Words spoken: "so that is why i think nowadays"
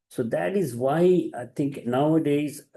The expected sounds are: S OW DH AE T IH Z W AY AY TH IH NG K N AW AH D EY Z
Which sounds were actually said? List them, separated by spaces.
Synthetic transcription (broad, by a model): S OW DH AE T IH Z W AY AY T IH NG K N AW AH D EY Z